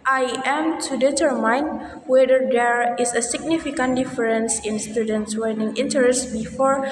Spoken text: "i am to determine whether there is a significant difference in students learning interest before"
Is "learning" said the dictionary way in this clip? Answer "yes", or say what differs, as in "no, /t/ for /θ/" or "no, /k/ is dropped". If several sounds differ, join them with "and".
no, /w/ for /l/